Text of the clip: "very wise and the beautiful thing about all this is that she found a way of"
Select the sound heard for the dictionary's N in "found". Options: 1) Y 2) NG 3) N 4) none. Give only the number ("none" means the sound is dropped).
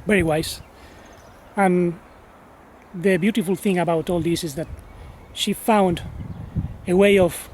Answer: 3